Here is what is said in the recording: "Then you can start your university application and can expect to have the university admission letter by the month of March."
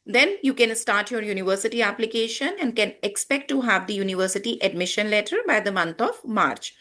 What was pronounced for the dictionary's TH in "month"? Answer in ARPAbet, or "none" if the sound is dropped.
T